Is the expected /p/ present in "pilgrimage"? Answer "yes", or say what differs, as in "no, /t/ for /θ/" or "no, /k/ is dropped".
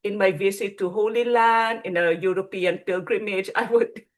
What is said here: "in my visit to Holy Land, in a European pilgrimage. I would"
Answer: yes